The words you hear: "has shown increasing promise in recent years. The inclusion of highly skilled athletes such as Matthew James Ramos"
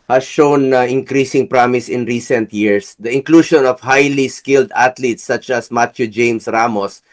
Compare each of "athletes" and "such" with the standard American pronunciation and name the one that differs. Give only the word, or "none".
athletes